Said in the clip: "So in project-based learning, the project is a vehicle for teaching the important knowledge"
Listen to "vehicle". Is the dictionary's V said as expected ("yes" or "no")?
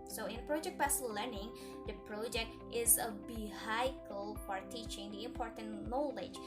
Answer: no